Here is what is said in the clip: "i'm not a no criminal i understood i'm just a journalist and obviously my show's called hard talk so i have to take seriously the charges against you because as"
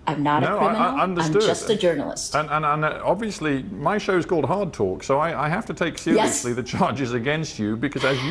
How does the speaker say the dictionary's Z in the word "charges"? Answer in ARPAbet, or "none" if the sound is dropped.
Z